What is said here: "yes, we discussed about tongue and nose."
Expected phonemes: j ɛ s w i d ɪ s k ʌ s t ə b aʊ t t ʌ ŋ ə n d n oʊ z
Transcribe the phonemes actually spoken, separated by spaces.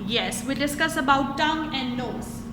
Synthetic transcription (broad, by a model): j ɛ s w i d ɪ s k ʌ s ə b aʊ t t ʌ ŋ ə n d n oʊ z